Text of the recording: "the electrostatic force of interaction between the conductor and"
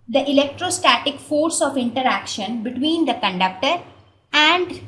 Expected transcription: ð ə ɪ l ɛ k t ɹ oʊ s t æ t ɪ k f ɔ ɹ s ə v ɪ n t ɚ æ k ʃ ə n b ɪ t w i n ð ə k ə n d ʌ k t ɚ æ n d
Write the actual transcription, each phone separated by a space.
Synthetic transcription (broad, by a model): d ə ɪ l ɛ k t ɹ oʊ s t æ t ɪ k f ɔ ɹ s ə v ɪ n t ɚ æ k ʃ ə n b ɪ t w i n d ə k ə n d ʌ k t ɚ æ n d